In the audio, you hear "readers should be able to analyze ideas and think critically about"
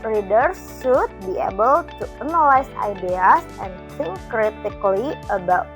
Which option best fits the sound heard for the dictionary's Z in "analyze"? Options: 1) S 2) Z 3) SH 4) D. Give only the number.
1